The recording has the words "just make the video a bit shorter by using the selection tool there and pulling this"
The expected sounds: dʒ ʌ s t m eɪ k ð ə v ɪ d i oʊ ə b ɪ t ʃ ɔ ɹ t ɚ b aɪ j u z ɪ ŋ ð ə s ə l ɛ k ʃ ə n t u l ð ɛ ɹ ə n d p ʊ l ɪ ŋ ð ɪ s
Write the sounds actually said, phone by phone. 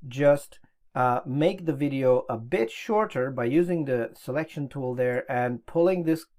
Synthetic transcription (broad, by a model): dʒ ʌ s t m eɪ k ð ə v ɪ d i oʊ ə b ɪ t ʃ ɔ ɹ t ɚ b aɪ j u z ɪ ŋ ð ə s ə l ɛ k ʃ ə n t u l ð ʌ ɹ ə n p ʊ l ɪ ŋ ð ɪ s